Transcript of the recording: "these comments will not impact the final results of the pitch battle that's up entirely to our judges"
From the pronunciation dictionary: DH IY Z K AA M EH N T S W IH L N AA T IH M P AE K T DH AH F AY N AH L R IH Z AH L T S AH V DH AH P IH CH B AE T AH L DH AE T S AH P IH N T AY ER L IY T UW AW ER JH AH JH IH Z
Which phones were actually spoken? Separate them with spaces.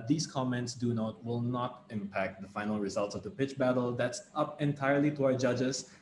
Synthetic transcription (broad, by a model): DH IY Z K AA M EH N T S W IH L N AA T IH M P AE K T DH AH F AY N AH L R IH Z AH L T S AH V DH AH P IH CH B AE T AH L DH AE T S AH P IH N T AY ER L IY T UW AW ER JH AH JH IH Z